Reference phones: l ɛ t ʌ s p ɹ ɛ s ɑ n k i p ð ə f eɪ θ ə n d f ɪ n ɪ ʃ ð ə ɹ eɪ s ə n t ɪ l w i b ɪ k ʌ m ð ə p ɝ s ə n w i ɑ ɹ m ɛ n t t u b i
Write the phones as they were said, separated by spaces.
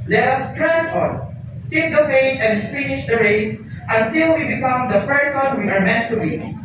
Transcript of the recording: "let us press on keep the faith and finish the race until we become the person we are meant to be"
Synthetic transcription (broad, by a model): l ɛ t ʌ s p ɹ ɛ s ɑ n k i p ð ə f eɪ t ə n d f ɪ n ɪ ʃ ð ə ɹ eɪ s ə n t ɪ l w i b ɪ k ʌ m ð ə p ɝ s ə n w i ɑ ɹ m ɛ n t t u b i